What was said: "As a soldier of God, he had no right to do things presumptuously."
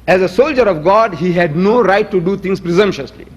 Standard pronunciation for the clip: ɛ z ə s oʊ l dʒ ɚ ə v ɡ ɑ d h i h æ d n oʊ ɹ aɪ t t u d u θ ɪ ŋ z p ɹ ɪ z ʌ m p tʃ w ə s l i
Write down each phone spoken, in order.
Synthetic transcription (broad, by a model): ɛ z ə s oʊ l dʒ ɚ ə v ɡ ɑ d h i h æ d n oʊ ɹ aɪ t t u d u t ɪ ŋ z p ɹ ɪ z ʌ m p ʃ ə s l i